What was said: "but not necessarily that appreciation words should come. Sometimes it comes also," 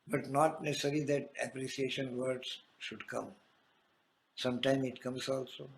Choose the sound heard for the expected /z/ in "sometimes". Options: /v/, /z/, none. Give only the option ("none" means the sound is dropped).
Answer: none